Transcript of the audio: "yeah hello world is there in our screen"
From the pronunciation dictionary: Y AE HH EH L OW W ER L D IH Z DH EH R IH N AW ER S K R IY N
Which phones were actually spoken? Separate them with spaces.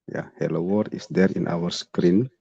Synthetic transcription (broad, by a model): Y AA HH EH L OW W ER D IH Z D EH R IH N AW ER S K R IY N